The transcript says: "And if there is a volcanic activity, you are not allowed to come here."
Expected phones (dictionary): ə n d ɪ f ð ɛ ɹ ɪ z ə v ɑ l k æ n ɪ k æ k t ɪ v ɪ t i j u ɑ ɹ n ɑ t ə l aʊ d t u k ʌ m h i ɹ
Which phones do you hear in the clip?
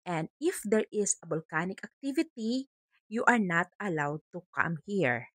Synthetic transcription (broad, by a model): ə n d ɪ f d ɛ ɹ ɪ s ə b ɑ l k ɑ n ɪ k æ k t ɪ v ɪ t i j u ɑ ɹ n ɑ t ə l aʊ d t u k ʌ m h i ɹ